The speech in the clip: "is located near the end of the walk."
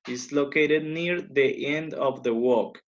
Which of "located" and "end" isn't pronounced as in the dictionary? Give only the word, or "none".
none